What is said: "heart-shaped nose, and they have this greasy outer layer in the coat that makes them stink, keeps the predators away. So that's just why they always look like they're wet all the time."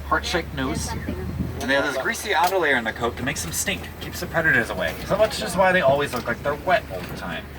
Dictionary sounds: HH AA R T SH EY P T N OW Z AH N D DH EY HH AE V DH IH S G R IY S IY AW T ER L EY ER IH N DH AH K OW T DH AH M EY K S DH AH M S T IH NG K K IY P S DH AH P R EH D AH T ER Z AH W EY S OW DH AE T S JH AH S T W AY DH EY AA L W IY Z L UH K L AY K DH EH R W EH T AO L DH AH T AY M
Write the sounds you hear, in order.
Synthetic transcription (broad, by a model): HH AA R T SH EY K N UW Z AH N DH EY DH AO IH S G R IY S IY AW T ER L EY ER IH N DH AH K OW T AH M EY K S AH M S T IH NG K K IY P S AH P R EH D AH T ER Z AH W EY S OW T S JH AH S T W AY DH EY AA L W IY Z L UH K L AY K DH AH R W EH T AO L DH AH T AY M